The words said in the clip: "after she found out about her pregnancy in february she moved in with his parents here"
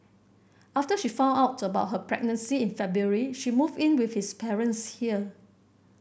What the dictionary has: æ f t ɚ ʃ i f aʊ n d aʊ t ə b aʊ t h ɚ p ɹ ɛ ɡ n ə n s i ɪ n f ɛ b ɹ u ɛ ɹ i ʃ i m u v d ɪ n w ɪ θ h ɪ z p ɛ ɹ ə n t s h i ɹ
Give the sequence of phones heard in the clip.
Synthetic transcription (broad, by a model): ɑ f t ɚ ʃ i f aʊ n aʊ t ə b aʊ t h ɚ p ɹ ɛ ɡ n ə n s i ɪ n f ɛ b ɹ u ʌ ɹ i ʃ i m u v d ɪ n w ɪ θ h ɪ s p ɛ ɹ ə n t s h i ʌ